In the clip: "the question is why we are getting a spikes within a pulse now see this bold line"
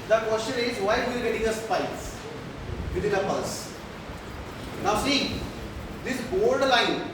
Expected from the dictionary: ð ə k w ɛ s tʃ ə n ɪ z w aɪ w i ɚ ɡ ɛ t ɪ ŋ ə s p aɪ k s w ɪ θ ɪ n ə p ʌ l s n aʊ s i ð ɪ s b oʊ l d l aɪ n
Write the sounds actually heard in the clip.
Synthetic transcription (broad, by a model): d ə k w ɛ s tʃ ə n ɪ z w aɪ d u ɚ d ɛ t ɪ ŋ ə s p aɪ s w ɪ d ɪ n ə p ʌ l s n aʊ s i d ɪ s b oʊ l d l aɪ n